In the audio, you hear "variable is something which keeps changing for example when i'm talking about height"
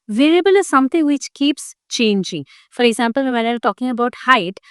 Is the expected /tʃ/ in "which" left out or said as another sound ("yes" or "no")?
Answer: no